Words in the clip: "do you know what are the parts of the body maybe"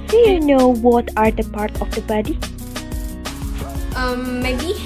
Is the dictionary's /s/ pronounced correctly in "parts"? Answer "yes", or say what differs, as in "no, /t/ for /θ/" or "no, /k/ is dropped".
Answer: no, /s/ is dropped